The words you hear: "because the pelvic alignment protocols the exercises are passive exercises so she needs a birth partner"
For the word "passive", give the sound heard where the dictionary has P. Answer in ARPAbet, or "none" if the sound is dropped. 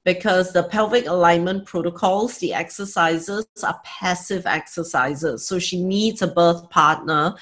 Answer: P